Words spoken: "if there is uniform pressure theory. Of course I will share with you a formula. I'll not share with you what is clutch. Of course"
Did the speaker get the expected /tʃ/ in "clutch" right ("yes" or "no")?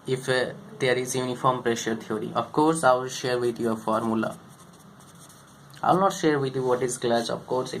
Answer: no